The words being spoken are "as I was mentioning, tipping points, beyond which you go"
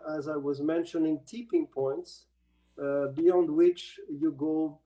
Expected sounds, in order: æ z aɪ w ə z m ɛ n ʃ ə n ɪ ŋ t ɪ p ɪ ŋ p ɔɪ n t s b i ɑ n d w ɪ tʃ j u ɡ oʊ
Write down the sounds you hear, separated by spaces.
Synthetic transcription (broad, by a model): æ z aɪ w ə z m ɛ n ʃ ə n ɪ ŋ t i p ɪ ŋ p ɔɪ n t s b i ɑ n d w ɪ tʃ j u ɡ oʊ